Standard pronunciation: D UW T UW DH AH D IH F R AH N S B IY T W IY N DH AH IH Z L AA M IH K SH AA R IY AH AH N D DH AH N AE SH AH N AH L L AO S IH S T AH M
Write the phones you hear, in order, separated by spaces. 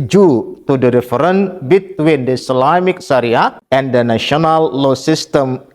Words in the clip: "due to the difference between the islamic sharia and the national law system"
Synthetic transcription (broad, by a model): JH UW T UW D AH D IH F R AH N B IY T W IY N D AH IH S L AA M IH K S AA R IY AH AH N D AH N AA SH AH N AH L L AO S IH S T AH M